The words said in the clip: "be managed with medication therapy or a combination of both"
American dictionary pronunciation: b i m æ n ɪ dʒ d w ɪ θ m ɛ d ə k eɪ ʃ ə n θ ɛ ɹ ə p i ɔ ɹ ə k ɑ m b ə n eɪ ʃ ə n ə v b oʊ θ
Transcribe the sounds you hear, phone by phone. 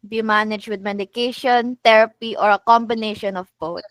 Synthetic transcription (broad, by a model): b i m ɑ n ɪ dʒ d w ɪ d m ɛ d ə k eɪ ʃ ə n t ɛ ɹ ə p i ɔ ɹ ə k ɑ m b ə n eɪ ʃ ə n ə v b oʊ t